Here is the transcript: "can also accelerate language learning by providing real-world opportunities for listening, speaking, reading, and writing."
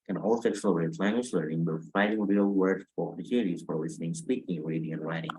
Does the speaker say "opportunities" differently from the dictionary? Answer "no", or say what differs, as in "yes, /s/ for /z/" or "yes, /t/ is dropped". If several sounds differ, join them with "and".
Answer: yes, /p/ is dropped